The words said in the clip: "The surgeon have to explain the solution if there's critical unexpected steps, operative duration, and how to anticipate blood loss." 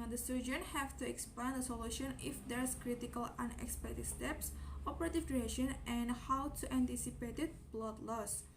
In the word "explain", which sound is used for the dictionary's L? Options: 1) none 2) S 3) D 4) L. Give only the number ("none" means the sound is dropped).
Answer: 1